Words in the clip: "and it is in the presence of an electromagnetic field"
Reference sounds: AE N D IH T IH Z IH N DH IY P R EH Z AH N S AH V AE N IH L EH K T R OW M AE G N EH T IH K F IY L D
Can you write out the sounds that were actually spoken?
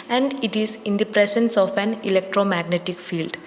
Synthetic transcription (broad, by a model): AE N D IH T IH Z IH N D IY P R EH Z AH N S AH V AE N IH L EH K T R OW M AE G N EH T IH K F IY L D